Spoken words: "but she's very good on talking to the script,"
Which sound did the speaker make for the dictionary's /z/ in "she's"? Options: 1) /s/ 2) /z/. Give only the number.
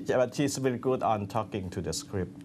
1